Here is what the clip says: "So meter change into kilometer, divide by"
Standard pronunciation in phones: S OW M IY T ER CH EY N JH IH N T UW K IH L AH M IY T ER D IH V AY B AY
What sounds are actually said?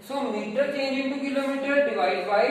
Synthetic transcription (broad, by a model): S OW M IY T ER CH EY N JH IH T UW K IH L AH M IY T ER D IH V AY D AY